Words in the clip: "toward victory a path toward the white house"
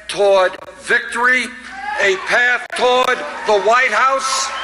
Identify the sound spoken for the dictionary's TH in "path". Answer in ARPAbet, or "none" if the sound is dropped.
TH